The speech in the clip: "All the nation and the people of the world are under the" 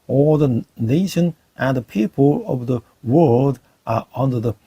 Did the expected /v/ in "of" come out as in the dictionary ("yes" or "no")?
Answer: yes